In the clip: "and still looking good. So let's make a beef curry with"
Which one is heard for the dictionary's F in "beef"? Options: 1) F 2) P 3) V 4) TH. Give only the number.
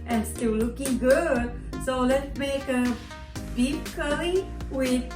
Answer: 2